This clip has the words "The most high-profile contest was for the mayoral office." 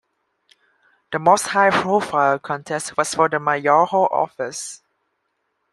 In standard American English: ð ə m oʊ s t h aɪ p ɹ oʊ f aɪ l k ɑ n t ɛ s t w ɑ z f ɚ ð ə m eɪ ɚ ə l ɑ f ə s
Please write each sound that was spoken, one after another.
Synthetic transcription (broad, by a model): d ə m oʊ s t h aɪ p ɹ oʊ f aɪ l k ɑ n t ɛ s t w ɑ s f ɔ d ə m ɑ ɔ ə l ɑ f ə s